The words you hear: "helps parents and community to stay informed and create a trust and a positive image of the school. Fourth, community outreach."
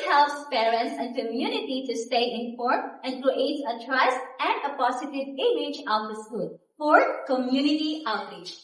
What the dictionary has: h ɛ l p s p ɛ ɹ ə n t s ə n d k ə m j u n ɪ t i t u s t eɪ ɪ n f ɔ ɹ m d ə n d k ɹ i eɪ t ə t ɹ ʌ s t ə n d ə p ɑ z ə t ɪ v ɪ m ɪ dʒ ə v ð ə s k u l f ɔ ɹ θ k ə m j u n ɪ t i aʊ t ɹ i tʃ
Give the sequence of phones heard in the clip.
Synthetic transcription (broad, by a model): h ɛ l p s p ɛ ɹ ə n t s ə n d k ə m j u n ɪ t i t u s t eɪ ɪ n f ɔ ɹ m ə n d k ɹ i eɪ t ə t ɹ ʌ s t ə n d ə p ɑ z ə t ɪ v ɪ m ɪ dʒ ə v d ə s k u l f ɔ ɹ k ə m j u n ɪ t i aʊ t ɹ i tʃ